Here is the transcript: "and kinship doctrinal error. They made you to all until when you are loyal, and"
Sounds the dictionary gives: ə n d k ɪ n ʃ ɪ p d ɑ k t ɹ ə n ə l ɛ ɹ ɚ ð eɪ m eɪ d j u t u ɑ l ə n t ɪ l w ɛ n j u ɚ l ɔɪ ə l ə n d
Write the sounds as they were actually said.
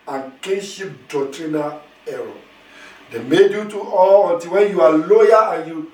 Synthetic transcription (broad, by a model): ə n k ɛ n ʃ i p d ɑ t ɹ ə n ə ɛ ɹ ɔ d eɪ m eɪ d j u t u ɑ l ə n t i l w ɛ n j u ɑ l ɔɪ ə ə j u